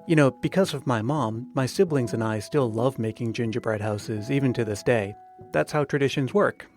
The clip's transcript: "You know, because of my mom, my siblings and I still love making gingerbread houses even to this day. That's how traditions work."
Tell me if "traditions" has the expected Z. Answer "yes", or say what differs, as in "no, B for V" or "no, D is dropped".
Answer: yes